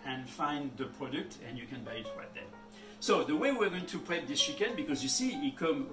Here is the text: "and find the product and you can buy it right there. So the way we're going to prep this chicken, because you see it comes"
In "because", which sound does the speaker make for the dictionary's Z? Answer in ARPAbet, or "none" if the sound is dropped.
Z